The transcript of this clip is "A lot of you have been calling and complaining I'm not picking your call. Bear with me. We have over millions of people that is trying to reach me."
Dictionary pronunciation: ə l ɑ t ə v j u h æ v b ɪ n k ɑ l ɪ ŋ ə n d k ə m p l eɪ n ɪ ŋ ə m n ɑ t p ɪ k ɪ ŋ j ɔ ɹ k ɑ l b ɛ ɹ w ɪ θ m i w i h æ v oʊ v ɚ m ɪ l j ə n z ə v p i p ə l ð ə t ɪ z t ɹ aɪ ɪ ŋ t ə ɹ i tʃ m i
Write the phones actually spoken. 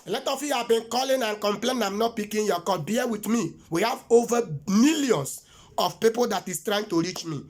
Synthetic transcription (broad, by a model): l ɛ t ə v j u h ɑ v b ɪ n k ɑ l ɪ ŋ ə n k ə m p l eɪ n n ə m n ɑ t p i k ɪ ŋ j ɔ k ɑ l b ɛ w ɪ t m i w i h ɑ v oʊ v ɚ m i l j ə n s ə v p i p ə l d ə t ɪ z t ɹ aɪ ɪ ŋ t ə ɹ i tʃ m i